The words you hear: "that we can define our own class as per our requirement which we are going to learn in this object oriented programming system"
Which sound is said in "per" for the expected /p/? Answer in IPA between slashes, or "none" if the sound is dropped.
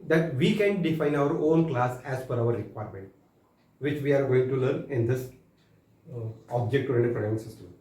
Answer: /f/